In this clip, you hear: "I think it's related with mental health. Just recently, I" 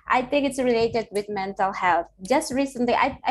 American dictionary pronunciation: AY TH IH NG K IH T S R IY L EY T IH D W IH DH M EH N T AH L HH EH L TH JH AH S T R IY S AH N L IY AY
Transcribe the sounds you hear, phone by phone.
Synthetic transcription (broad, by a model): AY TH IH NG K IH T S R IY L EY T IH D W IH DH M EH N T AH L HH EH L TH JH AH S T R IY S AH N L IY AY